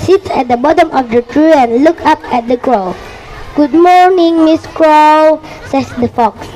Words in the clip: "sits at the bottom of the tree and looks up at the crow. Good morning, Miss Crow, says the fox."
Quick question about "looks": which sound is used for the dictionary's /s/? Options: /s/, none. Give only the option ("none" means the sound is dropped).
none